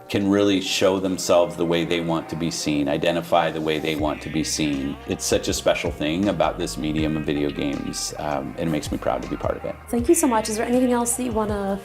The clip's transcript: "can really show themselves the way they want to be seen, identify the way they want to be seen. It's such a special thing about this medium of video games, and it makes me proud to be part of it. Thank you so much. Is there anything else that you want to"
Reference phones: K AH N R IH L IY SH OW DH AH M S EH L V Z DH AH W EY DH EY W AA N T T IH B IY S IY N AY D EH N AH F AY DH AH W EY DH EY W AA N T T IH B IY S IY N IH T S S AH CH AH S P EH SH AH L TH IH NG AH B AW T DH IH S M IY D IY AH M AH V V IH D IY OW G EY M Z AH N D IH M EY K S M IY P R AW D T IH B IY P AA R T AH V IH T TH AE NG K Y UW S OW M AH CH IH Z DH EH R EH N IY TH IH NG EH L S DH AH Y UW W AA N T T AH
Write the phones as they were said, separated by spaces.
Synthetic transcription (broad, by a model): K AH N R IH L IY SH OW DH AH M S EH L V Z DH AH W EY DH EY W AA N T T IH B IY S IY N AY D EH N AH F AY DH AH W EY DH EY W AA N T T IH B IY S IY N IH T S S AH CH AH S P EH SH L TH IH NG AH B AW T DH IH S M IY D IY AH M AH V V IH D IY OW G EY M Z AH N IH M EY K S M IY P R AW D T IH B IY P AA R T AH V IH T TH AE NG K Y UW S OW M AH CH IH Z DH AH R EH N IY TH IH NG EH L S DH AH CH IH W AA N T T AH